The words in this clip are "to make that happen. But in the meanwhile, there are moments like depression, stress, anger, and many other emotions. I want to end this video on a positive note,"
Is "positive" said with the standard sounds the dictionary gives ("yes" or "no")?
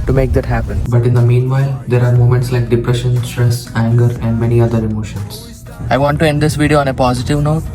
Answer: yes